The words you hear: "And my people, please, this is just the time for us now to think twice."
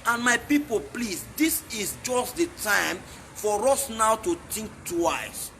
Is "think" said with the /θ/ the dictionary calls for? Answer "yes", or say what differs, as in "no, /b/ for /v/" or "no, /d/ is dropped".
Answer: no, /t/ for /θ/